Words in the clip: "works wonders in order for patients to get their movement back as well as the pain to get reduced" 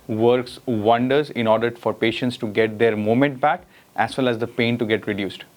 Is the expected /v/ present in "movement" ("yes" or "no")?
no